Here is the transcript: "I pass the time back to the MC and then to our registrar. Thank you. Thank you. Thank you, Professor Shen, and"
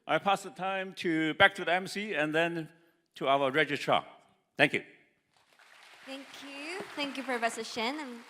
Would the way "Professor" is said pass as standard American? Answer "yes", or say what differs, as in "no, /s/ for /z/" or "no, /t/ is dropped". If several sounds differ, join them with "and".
no, /f/ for /p/